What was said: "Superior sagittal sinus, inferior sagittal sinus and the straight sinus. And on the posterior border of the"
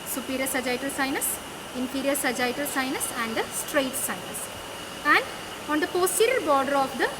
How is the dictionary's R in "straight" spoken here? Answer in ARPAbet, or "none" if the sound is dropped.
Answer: R